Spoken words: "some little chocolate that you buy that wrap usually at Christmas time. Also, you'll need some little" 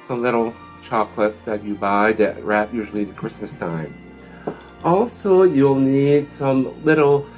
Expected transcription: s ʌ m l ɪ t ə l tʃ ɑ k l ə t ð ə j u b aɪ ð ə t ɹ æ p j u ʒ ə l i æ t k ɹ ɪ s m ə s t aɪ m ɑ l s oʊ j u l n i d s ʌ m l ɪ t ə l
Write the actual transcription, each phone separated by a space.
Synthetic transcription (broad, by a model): s ʌ m l ɪ t l tʃ ɑ k l ə t ð ə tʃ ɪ b aɪ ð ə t ɹ æ p j u ʒ l i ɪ k ɹ ɪ s m ə s t aɪ m ɑ l s oʊ j u l n i d s ʌ m l ɪ t l